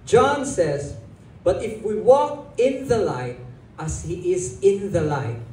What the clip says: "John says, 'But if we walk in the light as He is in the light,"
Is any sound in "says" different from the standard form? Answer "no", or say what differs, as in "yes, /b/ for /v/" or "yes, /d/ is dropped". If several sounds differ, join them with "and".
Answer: no